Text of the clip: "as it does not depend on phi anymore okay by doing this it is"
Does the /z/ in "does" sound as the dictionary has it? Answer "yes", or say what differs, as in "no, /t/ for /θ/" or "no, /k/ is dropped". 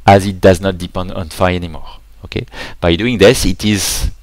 yes